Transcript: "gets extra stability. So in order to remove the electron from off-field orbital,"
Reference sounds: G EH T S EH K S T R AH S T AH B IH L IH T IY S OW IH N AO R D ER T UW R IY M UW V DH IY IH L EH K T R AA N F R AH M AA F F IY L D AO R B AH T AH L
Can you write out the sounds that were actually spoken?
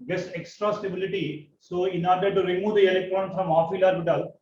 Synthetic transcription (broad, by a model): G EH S EH K S T R AH S T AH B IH L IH T IY S OW IH N AO R D ER T UW R IY M UW V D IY IH L EH K T R AA N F R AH M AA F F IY L AA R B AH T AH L